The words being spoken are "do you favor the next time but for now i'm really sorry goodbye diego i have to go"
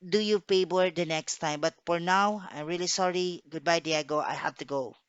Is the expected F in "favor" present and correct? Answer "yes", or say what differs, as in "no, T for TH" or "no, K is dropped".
no, P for F